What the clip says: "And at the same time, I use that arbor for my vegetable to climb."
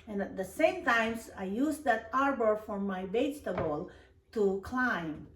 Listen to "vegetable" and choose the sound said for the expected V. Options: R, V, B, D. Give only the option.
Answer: B